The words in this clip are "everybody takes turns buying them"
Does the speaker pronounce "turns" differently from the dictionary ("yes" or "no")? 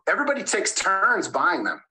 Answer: no